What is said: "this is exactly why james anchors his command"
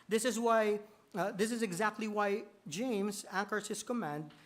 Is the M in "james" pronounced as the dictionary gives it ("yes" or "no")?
yes